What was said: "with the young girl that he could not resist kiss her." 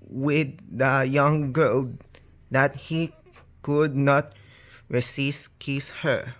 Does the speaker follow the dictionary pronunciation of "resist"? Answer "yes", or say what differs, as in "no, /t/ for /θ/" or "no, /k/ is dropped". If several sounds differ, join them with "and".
no, /s/ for /z/